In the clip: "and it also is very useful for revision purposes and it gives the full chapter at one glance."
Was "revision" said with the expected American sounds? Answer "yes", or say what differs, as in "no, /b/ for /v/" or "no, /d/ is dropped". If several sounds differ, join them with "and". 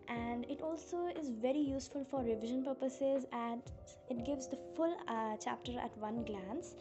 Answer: yes